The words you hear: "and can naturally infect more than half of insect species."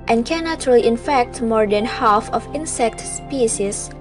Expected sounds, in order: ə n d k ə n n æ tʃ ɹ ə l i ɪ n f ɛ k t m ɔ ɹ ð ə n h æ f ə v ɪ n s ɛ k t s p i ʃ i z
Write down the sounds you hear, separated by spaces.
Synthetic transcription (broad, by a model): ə n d k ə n n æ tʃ ə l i ɪ n f ɛ k t m ɔ ɹ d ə n h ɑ f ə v ɪ n s ɛ k t s p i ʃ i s